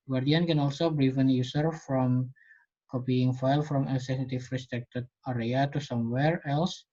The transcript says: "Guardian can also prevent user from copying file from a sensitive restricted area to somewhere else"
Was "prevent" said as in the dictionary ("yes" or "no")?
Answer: no